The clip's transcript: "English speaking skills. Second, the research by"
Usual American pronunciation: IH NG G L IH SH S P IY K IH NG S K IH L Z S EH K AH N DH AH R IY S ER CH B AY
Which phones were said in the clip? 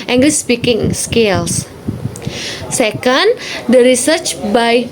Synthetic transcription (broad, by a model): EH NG G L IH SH S P IY K IH NG S K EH L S S EH K AH N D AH R IY S ER CH B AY